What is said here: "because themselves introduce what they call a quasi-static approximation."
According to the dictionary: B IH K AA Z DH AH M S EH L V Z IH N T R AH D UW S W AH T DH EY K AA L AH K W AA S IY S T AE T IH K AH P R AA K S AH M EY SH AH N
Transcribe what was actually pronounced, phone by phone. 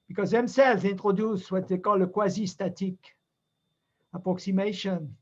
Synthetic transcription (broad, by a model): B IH K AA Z DH AH M S EH L V Z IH N T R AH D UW S W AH T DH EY K AA L AH K W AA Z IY S T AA T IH K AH P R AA K S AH M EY SH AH N